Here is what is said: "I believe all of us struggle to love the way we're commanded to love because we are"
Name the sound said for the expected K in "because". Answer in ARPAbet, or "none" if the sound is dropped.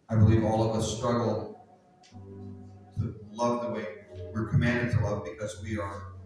K